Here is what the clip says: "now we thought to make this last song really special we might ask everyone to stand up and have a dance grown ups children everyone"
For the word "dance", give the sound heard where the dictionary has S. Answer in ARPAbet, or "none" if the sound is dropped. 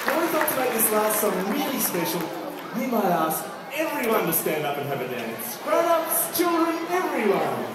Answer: S